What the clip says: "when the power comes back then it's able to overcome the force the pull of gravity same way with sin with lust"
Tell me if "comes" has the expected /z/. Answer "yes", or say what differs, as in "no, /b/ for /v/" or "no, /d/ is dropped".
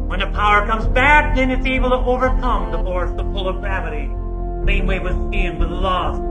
yes